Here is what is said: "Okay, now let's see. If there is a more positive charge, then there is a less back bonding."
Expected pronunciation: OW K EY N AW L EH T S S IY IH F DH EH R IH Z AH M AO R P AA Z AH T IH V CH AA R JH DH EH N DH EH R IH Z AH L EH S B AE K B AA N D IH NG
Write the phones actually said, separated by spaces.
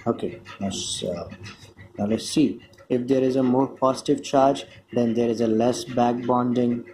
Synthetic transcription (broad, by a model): OW K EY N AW N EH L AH S IY IH F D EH R IH Z AH M AO R P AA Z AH T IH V CH AA R JH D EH N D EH R IH Z AH L EH S B AE K B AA N D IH NG